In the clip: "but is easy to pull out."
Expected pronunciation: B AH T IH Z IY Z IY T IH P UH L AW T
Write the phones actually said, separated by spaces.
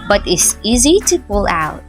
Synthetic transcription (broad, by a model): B AH T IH S IY Z IY T IH P UH L AW T